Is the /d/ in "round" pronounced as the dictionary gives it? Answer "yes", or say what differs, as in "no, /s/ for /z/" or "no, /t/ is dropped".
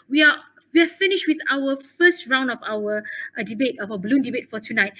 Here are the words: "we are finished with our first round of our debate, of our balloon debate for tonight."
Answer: yes